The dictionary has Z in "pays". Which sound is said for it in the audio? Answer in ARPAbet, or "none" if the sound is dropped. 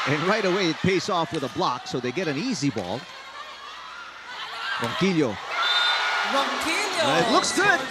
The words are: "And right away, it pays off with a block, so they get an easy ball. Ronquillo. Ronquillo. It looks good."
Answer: S